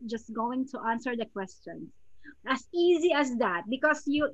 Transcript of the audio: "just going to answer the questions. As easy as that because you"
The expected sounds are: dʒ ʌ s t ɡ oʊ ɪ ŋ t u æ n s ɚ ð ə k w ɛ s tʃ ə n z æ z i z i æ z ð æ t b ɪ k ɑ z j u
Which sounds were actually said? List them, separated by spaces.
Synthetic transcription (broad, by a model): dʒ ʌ s t ɡ oʊ ɪ ŋ t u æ n s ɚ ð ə k w ɛ s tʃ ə n s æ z i z i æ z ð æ t b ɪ k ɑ s j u